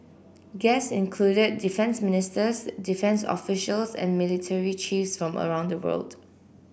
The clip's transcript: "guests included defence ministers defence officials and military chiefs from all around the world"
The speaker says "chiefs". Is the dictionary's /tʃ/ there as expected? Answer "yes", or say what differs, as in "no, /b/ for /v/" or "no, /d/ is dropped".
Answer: yes